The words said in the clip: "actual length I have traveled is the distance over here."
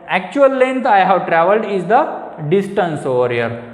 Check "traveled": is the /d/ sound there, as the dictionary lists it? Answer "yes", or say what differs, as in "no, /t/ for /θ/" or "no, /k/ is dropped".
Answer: yes